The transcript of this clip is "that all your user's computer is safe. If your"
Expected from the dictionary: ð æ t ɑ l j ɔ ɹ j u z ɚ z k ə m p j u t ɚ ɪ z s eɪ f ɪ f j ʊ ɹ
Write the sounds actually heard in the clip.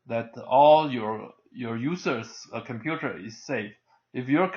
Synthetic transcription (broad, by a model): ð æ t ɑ l j ɔ ɹ j u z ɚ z k ə m p j u t ɚ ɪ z s eɪ f ɪ f j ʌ ɹ